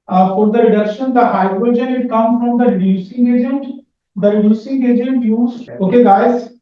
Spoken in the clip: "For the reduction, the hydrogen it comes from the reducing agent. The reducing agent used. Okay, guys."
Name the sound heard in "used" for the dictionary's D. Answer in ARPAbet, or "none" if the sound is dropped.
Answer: none